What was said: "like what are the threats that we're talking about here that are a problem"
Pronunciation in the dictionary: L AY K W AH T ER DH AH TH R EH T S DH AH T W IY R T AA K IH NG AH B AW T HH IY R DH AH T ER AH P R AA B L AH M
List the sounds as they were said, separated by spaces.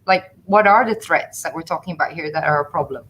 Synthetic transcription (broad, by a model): L AY K W AH T ER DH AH TH R EH T S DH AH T W IY R T AA K IH NG AH B AW T HH IY R DH AH T ER AH P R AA B L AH M